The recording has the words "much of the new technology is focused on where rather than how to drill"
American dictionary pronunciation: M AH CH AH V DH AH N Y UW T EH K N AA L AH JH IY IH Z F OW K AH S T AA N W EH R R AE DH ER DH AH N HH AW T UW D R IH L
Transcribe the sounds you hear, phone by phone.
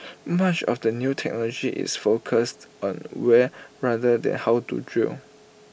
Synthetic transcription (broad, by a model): M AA CH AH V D AH N Y UW T EH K N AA L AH JH IY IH S F OW K AH S T AA N W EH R R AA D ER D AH N HH AW T UW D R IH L